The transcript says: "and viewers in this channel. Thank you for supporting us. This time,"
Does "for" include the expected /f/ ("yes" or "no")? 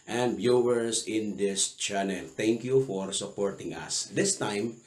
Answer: yes